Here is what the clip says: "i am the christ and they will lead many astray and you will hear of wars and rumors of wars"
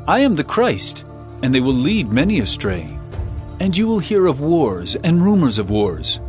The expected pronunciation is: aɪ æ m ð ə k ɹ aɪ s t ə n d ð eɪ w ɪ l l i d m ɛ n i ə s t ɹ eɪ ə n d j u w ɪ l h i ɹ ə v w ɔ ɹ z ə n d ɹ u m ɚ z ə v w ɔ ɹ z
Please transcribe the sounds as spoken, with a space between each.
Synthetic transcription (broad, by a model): aɪ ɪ m ð ə k ɹ aɪ s t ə n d ð eɪ w ɪ l l i d m ɛ n i ə s t ɹ eɪ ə n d j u w ɪ l h i ɹ ə v w ɔ ɹ z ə n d ɹ u m ɚ z ə v w ɔ ɹ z